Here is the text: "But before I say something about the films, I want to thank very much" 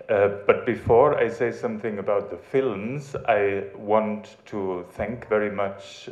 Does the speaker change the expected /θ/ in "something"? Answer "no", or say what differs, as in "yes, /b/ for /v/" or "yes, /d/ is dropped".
no